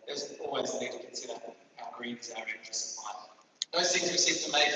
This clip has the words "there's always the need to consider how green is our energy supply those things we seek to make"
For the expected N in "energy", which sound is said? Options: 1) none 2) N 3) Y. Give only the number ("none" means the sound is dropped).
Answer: 1